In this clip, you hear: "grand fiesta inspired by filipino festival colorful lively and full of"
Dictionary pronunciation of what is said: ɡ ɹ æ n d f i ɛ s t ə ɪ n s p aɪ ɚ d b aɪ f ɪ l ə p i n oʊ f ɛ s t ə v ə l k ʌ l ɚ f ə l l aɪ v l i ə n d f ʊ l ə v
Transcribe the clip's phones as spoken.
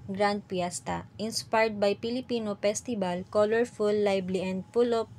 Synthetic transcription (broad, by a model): ɡ ɹ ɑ n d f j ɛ s t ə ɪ n s p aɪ d b aɪ p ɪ l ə p i n oʊ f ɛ s t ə b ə l k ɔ l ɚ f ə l l aɪ b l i ə n d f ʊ l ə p